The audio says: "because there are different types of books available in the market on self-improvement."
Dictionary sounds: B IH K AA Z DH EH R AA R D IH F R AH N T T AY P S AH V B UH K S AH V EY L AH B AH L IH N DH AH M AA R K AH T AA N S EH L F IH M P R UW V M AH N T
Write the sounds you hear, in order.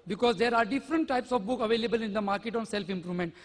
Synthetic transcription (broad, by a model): B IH K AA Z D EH R AA R D IH F R AH N T T AY P S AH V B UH K AH V EY L AH B AH L IH N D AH M AA R K AH T AA N S EH L F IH M P R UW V M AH N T